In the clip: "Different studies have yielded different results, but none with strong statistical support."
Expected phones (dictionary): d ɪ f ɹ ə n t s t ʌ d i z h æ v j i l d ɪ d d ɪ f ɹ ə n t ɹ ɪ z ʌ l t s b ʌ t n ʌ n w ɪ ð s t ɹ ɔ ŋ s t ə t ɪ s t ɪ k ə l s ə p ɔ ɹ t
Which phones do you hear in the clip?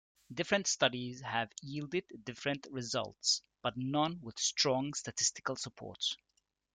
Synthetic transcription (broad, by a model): d ɪ f ɹ ə n t s t ʌ d i z h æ v j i l d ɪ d d ɪ f ɹ ə n t ɹ ɪ z ʌ l t s b ʌ t n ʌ n w ɪ ð s t ɹ ɔ ŋ s t ə t ɪ s t ɪ k ə l s ə p ɔ ɹ t